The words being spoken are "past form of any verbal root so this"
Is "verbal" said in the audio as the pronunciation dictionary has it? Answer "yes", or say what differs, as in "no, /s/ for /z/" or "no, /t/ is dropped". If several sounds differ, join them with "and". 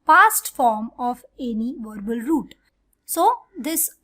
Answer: yes